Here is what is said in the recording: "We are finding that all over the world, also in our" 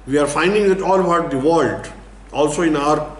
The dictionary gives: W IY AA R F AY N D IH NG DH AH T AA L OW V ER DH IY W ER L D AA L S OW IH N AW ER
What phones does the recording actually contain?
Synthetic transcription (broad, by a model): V IY AA R F AY N D IH NG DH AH T AA L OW B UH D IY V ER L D AA L S OW IH N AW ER